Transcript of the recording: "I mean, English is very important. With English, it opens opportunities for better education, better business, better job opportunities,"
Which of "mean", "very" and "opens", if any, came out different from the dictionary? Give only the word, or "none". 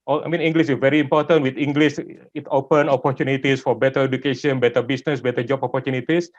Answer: opens